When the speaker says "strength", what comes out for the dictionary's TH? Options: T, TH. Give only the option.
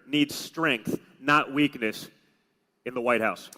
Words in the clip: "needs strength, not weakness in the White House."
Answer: TH